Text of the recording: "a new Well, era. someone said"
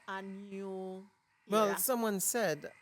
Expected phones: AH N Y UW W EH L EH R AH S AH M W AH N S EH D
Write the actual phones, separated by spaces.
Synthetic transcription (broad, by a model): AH N Y UW W EH L S AH M W AH N S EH D